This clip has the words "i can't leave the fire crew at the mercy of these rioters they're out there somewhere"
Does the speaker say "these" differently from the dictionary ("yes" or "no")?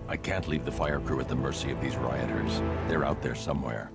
no